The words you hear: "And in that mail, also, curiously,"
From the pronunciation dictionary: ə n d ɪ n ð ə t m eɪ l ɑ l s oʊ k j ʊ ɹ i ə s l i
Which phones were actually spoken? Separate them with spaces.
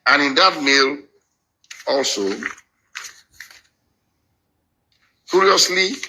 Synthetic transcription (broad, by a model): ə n ɪ n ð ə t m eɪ l ɑ l s oʊ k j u ɹ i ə s l i